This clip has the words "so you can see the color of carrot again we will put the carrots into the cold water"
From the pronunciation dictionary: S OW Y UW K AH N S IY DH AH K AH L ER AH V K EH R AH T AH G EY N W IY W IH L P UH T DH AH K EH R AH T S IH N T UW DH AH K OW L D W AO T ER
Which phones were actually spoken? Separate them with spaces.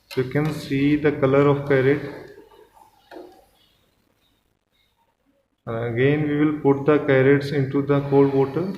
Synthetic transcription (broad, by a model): Y UW K AH N S IY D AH K AH L ER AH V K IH R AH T AH G EY N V IY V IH L P UH T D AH K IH R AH T S IH N T UW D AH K OW D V AO T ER